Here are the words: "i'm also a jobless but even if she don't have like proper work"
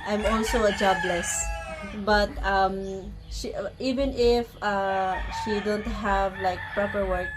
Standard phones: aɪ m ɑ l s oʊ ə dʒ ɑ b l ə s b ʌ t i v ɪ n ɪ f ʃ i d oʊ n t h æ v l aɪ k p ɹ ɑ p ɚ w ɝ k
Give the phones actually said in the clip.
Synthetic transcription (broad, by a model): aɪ m ɑ l s oʊ ə dʒ ɑ b l ə s b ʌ t i v ɪ n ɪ f ʃ i d oʊ n t h æ v l aɪ k p ɹ ɑ p ɚ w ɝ k